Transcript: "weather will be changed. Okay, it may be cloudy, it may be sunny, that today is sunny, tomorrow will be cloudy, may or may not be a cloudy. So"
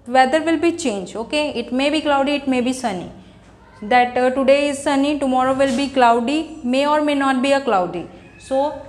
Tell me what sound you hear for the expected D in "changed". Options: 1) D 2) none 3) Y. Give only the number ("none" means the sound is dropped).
2